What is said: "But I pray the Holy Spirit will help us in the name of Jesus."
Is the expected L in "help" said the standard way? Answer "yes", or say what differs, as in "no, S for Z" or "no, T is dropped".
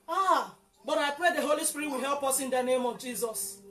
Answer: yes